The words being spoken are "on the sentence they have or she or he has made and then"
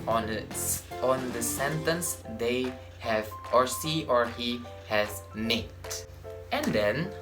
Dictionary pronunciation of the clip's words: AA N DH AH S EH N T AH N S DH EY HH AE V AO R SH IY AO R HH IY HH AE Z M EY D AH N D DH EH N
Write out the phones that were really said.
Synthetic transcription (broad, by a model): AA N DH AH S EH N T AH N S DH EY HH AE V AO R S IY AO R HH IY HH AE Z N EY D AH N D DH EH N